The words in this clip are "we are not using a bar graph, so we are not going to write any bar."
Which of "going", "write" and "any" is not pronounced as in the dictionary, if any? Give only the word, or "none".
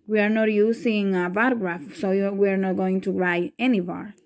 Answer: write